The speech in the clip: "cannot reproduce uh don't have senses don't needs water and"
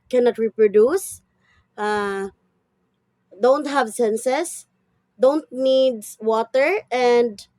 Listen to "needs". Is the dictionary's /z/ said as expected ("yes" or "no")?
no